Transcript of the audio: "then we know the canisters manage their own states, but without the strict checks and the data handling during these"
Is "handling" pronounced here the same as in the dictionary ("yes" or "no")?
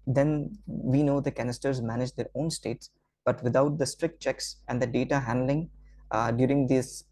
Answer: yes